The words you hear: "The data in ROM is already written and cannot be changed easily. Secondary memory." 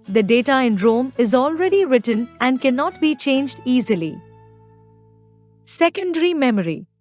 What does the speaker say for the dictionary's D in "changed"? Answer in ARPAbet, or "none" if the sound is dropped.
D